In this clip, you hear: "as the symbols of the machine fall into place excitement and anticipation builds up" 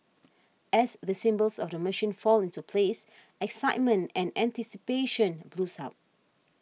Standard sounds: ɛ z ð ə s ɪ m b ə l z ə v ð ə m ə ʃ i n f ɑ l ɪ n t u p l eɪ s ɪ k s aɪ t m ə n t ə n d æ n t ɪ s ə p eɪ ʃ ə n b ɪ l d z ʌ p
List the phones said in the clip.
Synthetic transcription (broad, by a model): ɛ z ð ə s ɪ m b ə l s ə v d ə m ə ʃ i n f ɑ l ɪ n t u p l eɪ s ɪ k s aɪ t m ə n t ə n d æ n t ɪ s ə p eɪ ʃ ə n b l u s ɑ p